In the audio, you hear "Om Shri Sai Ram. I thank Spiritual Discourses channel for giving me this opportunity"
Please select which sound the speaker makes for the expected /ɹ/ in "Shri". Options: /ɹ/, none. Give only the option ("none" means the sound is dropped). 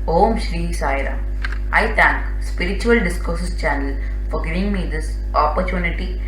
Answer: /ɹ/